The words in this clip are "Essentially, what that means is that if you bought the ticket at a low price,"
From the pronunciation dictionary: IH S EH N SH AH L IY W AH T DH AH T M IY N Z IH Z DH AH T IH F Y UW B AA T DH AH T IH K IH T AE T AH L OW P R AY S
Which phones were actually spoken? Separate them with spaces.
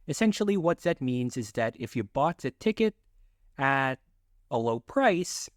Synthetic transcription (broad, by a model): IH S EH N SH L IY W AH T DH AH T M IY N Z IH Z DH AH T IH F Y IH B AA T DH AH T IH K IH T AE T AH L OW P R AY S